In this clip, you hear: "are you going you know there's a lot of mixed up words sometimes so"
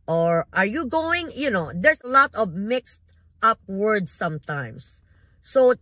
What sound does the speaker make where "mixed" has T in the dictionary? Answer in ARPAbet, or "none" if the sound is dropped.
T